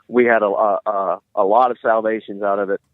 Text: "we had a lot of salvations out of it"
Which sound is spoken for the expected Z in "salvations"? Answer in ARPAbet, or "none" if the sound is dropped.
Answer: Z